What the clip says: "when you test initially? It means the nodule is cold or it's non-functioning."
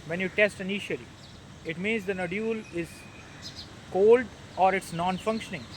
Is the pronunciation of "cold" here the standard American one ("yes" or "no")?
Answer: yes